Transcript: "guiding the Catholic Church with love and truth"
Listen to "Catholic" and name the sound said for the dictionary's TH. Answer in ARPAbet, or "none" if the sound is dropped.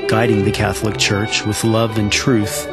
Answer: TH